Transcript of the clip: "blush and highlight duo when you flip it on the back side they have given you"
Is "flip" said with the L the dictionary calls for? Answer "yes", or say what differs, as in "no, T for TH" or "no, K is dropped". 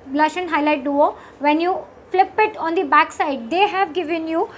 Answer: yes